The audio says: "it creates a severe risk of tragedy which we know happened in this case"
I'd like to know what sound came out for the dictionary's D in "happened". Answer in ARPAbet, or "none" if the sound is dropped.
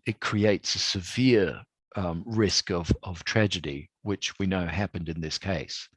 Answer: D